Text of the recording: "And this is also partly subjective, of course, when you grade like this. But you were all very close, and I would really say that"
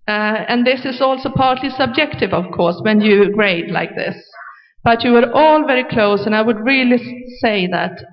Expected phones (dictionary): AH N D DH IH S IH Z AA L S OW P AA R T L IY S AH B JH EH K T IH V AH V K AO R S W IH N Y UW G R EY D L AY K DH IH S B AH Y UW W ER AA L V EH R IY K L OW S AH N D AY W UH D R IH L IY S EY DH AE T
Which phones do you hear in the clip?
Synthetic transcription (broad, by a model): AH N DH IH S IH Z AA L S OW P AA R T L IY S AH B JH EH K T IH V AH V K AO R S W IH N Y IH G R EY D L AY K DH IH S B AH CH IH W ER AA L V EH R IY K L OW S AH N AY W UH D R IH L IY S EY DH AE T